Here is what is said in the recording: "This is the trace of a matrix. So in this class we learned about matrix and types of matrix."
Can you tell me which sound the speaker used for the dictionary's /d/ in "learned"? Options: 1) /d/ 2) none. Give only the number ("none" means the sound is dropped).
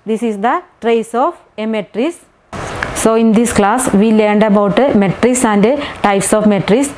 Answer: 1